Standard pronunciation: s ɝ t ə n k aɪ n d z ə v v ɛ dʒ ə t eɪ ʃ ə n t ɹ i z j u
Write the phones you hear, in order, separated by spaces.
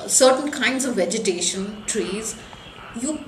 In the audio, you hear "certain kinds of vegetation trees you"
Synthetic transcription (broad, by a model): s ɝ t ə n k aɪ n d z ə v v ɛ dʒ ə t eɪ ʃ ə n t ɹ i z j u